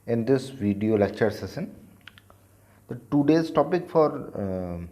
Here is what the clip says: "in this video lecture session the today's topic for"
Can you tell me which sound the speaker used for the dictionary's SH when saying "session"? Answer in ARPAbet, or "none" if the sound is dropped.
S